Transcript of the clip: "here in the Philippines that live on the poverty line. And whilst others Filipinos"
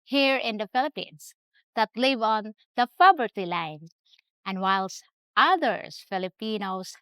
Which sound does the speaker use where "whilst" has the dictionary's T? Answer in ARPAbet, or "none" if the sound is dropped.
T